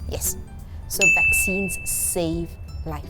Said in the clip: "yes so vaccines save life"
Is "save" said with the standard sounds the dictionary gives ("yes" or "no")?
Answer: yes